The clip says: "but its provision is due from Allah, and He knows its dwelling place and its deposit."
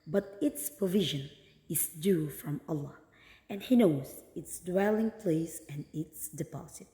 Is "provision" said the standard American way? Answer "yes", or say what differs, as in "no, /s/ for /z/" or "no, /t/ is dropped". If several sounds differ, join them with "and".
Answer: yes